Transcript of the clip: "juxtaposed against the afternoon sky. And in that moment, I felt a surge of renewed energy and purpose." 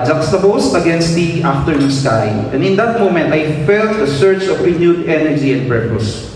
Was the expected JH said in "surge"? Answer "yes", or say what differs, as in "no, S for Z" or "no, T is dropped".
no, CH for JH